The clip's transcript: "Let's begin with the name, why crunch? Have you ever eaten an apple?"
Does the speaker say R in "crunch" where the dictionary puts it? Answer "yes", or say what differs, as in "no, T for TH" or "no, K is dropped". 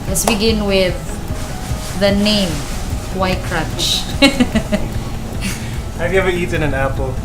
yes